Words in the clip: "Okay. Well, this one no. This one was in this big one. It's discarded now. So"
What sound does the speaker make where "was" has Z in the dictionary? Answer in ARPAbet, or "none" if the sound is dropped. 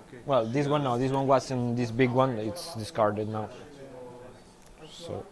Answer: S